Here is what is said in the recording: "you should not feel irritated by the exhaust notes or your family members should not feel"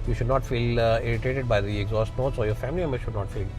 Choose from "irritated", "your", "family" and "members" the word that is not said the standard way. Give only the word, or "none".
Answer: members